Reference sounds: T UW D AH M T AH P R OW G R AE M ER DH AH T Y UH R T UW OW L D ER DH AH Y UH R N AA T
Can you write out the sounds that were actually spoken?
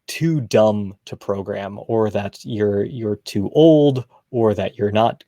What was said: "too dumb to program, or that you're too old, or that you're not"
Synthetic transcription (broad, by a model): T UW D AH M T AH P R OW G R AE M ER DH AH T Y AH R T UW OW L D ER DH AH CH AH R N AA T